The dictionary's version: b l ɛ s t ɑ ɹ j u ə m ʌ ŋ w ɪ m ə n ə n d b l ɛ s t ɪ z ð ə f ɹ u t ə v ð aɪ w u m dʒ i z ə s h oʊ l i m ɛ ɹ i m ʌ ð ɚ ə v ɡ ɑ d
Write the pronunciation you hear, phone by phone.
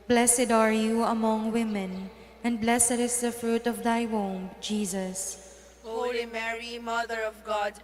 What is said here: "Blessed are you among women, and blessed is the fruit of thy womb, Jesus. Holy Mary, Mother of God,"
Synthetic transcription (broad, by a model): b l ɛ s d ɑ ɹ j u ə m ʌ ŋ w ɪ m ə n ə n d b l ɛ s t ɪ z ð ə f ɹ u t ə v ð aɪ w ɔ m dʒ i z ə s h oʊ i m ɛ ɹ i m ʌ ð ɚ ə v ɡ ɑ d